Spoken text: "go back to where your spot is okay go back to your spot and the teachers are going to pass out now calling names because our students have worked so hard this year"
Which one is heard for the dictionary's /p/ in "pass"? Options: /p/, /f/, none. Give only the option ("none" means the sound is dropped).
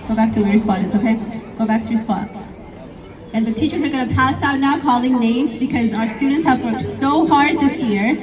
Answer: /p/